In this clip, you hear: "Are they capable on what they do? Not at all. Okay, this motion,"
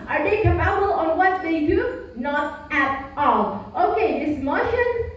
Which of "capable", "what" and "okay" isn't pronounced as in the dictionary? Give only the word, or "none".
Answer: capable